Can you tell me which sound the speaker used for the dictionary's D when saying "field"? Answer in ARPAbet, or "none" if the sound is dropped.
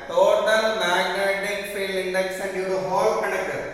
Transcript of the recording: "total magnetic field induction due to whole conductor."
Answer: none